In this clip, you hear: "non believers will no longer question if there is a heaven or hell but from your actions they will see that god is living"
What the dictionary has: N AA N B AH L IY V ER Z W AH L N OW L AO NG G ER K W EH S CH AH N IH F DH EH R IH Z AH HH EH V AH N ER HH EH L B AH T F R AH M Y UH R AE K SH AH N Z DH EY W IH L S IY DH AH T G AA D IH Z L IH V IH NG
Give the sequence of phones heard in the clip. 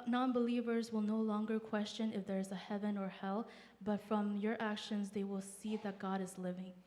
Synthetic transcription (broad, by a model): N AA N B AH L IY V ER Z W AH L N OW L AO NG G ER K W EH S CH AH N IH F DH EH R IH Z AH HH EH V AH N ER HH EH L B AH T F R AH M Y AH R AE K SH AH N Z DH EY W IH L S IY DH AH T G AA D IH Z L IH V IH NG